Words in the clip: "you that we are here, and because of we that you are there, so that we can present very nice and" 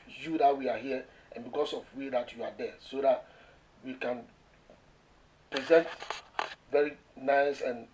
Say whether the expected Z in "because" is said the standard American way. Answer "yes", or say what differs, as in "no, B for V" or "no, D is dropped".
no, S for Z